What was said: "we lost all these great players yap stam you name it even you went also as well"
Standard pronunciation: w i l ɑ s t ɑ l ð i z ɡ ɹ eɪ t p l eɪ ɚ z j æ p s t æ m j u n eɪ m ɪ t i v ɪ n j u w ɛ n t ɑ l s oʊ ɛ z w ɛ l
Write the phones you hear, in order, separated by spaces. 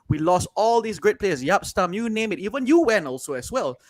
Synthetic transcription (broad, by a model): w i l ɑ s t ɑ l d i s ɡ ɹ eɪ t p l eɪ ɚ s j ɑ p s t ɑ m j u n eɪ m ɪ t i v ɪ n j u w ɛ n ɑ l s oʊ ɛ s w ɛ l